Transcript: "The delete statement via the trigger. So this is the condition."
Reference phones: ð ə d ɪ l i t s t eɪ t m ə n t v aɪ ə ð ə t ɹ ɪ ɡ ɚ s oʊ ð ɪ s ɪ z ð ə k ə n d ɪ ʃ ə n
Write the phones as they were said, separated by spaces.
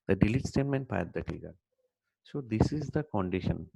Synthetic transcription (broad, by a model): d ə d ɪ l i t s t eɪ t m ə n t p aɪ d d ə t ɪ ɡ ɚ s oʊ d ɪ s ɪ z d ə k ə n d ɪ ʃ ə n